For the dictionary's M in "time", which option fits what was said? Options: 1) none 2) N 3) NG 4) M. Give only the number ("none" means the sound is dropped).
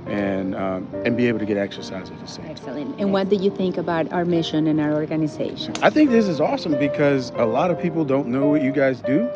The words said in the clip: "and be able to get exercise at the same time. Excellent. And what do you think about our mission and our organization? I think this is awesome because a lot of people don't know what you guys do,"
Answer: 1